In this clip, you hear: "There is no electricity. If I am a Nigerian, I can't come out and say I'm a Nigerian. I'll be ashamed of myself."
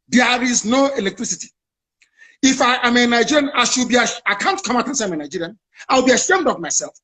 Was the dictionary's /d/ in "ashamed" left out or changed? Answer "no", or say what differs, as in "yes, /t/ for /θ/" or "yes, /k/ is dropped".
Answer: no